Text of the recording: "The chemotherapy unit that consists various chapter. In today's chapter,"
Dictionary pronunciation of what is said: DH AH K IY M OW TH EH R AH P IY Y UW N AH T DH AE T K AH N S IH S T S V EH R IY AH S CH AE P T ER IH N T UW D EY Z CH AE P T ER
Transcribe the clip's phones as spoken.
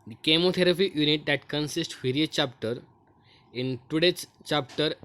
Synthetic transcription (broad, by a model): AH K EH M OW T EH R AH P IY Y UW N AH T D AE T K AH N S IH S T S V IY R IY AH CH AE P T ER IH N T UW D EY S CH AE P T ER